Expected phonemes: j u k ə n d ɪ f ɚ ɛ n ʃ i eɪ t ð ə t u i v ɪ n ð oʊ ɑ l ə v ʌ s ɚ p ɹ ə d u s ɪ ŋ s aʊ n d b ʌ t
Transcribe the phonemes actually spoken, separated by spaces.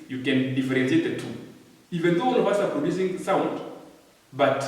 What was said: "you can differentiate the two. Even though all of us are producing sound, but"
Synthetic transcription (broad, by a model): j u k ə n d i f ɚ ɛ n s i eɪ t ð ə t u i v ɪ n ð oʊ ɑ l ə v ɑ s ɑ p ɹ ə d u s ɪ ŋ s aʊ n d b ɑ t